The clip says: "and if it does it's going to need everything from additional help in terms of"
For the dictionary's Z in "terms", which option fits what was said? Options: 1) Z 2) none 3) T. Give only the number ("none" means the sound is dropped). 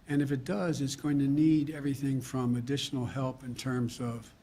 1